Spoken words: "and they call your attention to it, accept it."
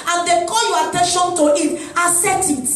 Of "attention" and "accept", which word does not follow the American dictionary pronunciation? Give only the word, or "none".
accept